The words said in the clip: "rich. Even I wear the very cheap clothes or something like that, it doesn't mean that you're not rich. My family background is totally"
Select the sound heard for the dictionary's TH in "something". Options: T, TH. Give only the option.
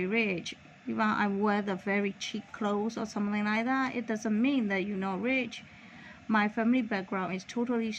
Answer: TH